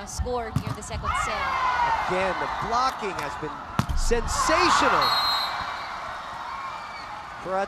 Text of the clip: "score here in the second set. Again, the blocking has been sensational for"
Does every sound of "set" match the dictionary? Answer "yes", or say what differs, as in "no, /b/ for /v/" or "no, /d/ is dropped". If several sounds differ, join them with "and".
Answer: no, /t/ is dropped